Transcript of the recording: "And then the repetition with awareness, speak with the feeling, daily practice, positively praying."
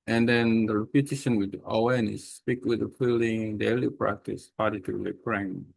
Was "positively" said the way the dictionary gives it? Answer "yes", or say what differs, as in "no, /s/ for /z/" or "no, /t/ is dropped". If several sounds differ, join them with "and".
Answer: no, /v/ is dropped